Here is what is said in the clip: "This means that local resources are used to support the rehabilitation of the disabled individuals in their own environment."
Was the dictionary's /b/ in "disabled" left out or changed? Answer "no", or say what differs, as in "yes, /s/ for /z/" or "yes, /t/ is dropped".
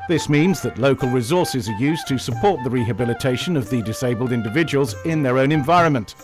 no